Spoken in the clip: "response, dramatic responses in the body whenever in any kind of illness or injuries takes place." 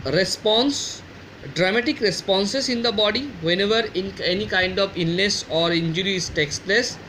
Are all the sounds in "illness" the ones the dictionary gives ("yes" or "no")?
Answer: no